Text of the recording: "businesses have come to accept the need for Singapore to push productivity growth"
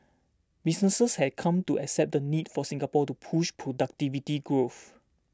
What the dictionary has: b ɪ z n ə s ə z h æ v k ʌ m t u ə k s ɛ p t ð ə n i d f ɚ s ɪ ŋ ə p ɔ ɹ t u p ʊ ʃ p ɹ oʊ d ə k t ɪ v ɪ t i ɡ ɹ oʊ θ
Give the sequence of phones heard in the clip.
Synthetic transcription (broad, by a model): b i s n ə s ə s h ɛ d k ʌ m t u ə k s ɛ p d ə n i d f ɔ s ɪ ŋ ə p ɔ t u p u ʃ p ɹ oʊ d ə k t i v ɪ t i ɡ ɹ oʊ f